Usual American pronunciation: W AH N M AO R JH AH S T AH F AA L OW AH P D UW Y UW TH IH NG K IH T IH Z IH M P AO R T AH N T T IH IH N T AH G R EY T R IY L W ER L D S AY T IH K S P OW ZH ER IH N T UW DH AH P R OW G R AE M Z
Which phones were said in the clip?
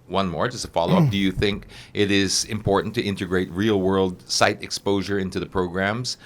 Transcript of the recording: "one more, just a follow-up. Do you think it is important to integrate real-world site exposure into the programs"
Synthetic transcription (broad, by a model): W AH N M AO R JH AH S T AH F AA L OW AH P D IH Y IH TH IH NG K IH T IH Z IH M P AO R T N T T IH IH N T AH G R EY T R IY L W ER L D S AY T IH K S P OW ZH ER IH N T UW DH AH P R OW G R AE M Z